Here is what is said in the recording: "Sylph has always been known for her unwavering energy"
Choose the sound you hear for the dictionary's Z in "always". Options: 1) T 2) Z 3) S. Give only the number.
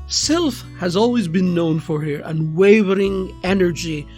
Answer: 2